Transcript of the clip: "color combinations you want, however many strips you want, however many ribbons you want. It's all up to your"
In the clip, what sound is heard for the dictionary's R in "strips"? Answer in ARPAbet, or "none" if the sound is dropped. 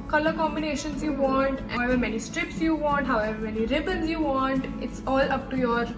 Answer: R